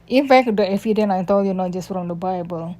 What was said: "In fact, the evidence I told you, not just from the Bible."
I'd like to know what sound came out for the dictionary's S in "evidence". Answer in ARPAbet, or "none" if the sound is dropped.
none